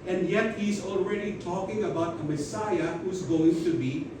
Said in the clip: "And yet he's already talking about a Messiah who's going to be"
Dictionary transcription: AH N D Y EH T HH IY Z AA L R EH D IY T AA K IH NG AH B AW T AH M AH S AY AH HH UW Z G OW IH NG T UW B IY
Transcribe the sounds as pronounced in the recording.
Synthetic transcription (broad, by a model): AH N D Y EH T HH IY Z AA L R EH D IY T AA K IH NG AH B AW T AH M AH S AY AH HH UW Z G OW IH NG T UW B IY